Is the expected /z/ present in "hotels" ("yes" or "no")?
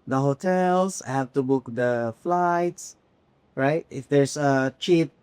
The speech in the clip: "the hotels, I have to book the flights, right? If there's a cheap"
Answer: no